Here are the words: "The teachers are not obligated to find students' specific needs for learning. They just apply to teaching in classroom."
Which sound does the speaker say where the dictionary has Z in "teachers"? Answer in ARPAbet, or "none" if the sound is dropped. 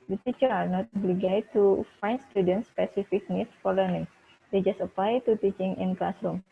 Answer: none